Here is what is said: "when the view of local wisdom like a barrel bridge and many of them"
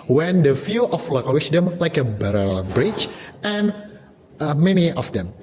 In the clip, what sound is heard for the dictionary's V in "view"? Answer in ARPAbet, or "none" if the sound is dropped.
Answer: F